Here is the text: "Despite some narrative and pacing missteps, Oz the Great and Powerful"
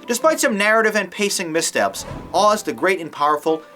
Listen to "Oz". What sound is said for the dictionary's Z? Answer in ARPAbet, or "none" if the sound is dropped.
Z